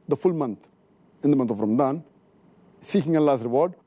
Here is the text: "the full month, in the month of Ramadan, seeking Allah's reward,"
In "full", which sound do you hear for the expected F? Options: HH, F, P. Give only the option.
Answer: F